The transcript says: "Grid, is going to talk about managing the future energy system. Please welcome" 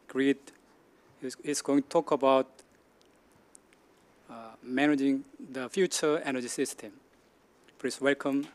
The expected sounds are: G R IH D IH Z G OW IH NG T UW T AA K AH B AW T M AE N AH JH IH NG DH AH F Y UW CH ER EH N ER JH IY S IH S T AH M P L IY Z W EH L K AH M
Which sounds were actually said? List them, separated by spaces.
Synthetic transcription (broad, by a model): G R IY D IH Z G OW IH NG T UW T AA K AH B AW T M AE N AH JH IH NG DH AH F Y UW CH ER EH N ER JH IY S IH S T AH M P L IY S W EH L K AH M